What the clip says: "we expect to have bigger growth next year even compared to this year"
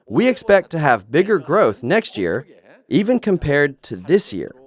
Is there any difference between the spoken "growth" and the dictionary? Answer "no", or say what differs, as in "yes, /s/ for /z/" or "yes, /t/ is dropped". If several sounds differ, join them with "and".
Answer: no